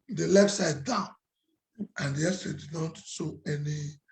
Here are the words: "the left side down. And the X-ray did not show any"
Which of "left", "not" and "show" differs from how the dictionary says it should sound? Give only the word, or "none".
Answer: show